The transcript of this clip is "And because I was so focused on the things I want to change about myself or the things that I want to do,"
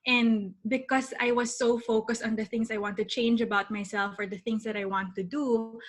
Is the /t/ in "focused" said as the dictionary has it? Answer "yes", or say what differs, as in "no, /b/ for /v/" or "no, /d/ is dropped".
yes